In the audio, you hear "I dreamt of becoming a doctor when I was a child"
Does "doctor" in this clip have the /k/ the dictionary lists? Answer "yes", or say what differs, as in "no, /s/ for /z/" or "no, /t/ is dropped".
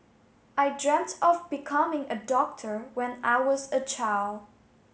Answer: yes